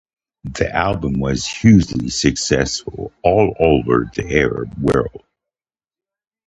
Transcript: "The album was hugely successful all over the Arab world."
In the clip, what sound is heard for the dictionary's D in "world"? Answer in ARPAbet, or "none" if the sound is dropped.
none